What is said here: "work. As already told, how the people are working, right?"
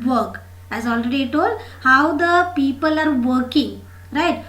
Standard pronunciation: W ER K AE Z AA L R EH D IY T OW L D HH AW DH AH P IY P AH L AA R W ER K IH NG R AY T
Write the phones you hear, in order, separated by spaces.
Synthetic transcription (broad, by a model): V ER K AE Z AA L R EH D IY T OW L D HH AW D AH P IY P AH L AA R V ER K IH NG R AY T